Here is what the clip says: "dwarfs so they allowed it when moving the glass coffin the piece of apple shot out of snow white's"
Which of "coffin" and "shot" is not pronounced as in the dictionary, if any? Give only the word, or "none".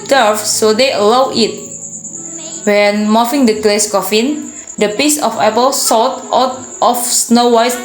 shot